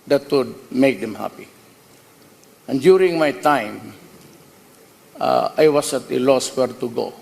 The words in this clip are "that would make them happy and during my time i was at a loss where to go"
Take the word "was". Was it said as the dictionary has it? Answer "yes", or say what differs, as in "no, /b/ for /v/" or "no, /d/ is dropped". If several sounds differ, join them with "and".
no, /s/ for /z/